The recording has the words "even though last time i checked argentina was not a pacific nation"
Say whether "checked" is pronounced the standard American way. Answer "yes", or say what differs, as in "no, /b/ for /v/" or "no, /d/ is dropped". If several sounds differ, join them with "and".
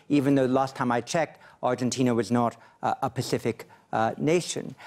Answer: yes